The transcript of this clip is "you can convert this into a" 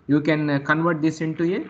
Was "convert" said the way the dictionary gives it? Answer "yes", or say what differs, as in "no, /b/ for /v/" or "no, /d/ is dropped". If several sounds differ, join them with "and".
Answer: yes